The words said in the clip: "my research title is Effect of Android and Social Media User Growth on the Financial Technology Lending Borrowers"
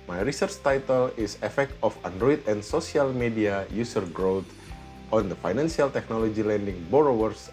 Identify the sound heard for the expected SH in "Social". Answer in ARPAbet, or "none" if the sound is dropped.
S